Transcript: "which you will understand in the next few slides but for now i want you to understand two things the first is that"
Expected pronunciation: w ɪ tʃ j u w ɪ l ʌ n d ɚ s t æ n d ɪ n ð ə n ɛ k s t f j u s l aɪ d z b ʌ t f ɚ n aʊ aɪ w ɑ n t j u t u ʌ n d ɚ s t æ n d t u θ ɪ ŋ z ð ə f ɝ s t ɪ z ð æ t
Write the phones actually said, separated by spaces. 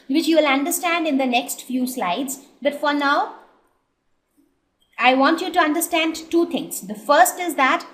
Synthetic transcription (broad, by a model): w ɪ tʃ j u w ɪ l ʌ n d ɚ s t æ n d ɪ n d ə n ɛ k s t f j u s l aɪ d z b ʌ t f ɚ n aʊ aɪ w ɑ n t j u t u ʌ n d ɚ s t æ n d t u t ɪ ŋ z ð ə f ɝ s t ɪ z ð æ t